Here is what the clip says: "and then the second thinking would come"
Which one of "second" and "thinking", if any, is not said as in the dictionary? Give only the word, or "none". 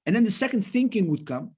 none